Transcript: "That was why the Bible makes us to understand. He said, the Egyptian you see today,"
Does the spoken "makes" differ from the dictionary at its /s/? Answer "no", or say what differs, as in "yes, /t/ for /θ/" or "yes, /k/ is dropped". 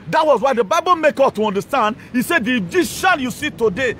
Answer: yes, /s/ is dropped